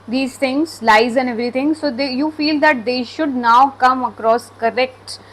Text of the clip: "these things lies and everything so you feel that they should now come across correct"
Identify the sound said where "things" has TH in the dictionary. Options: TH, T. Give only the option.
T